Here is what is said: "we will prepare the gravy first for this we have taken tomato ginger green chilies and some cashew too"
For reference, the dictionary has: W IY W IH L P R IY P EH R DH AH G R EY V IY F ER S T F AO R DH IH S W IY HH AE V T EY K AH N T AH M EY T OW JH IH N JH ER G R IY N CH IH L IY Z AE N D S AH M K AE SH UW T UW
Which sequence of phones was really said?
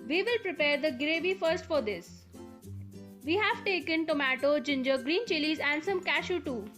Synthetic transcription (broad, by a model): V IY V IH L P R IY P EH R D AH G R EY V IY F ER S T F AO R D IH S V IY HH AE V T EY K AH N T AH M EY T OW JH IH N JH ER G R IY N CH IH L IY Z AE N D S AH M K AE SH UW T UW